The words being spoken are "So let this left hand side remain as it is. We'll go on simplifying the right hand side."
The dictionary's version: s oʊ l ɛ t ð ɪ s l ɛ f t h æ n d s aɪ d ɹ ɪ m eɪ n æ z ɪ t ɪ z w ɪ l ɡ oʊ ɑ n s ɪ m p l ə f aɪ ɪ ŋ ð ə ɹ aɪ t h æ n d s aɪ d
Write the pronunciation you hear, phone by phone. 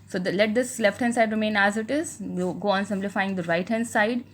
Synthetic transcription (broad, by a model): s oʊ l ɛ t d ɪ s l ɛ f t h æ n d s aɪ d ɹ ɪ m eɪ n æ z ɪ t ɪ z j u ɡ oʊ ɑ n s ɪ m p l ə f aɪ ɪ ŋ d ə ɹ aɪ t h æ n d s aɪ d